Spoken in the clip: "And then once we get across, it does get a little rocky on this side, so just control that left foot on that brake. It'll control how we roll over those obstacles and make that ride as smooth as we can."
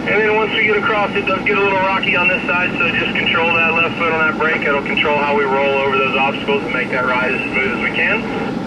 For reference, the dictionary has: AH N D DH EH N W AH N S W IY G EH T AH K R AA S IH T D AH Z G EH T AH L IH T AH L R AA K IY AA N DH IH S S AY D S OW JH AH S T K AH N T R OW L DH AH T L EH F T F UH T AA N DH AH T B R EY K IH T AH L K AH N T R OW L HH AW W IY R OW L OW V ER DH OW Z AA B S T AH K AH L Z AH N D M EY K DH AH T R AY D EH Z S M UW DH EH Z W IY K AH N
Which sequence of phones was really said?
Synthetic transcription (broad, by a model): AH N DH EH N W AH N S W IY G EH T AH K R AA S IH T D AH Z G EH T AH L IH T L R AA K IY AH N DH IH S S AY D S OW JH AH S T K N T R OW L DH AH T L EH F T F UH T N DH AH T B R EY K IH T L K N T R OW L HH AW W IY R OW L OW V ER DH OW Z AA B S T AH K L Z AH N M EY K DH AH T R AY D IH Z S M UW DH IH Z W IY K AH N